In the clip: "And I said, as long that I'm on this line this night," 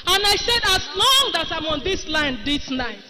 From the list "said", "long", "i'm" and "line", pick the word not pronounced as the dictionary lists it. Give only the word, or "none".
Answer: none